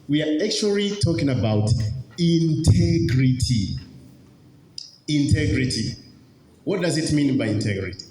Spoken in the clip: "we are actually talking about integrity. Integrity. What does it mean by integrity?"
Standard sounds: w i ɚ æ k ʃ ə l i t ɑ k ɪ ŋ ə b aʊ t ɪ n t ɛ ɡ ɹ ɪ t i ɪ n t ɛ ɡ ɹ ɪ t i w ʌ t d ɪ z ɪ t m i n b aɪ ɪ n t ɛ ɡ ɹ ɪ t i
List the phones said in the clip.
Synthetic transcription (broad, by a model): w i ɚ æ k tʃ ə l i t ɑ k ɪ ŋ ə b aʊ t ɪ n t ɛ ɡ ɹ ɪ t i ɪ n t ɛ ɡ ɹ ɪ t i w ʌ t d ɪ z ɪ t m i n b aɪ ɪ n t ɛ ɡ ɹ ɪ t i